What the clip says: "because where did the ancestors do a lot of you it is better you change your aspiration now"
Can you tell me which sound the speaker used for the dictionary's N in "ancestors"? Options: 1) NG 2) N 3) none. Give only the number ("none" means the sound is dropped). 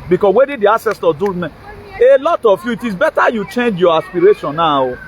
3